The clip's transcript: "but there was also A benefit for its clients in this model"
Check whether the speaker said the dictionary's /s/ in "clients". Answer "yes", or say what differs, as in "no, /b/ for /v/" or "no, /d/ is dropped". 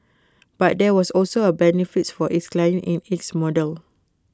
no, /s/ is dropped